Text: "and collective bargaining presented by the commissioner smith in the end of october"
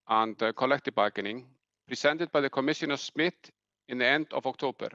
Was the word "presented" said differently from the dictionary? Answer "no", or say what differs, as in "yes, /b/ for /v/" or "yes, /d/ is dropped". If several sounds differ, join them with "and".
yes, /s/ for /z/